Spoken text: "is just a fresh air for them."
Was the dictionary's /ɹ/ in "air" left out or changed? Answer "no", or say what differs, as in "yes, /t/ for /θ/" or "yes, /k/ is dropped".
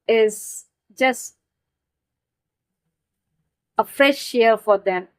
yes, /l/ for /ɹ/